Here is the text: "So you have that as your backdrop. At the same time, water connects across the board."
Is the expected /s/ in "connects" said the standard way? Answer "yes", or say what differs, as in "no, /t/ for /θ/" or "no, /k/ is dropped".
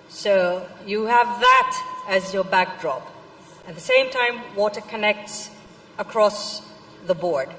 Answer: yes